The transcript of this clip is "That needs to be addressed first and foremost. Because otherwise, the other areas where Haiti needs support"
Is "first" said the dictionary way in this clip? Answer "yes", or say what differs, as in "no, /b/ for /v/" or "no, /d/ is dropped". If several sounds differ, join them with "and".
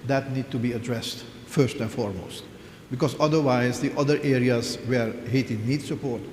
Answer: yes